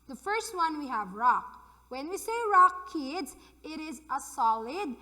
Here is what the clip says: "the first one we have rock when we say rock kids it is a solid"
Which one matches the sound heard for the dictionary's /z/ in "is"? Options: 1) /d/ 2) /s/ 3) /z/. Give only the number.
3